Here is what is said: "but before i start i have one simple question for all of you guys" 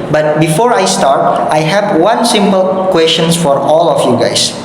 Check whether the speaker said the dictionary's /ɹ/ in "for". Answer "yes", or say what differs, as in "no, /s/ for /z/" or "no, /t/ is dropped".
yes